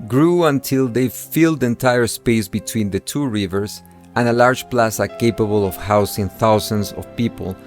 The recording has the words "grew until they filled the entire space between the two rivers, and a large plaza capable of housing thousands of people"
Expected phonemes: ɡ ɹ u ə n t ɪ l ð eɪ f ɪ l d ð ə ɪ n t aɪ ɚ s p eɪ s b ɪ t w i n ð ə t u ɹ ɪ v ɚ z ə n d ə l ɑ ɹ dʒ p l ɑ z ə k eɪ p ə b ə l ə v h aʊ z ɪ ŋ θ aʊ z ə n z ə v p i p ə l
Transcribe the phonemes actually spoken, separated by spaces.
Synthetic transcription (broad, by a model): ɡ ɹ u ə n t ɪ l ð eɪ f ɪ l d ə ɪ n t aɪ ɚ s p eɪ s b ɪ t w i n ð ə t u ɹ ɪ v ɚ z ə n ə l ɑ ɹ dʒ p l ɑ s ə k eɪ p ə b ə l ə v h aʊ s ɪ ŋ θ aʊ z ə n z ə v p i p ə l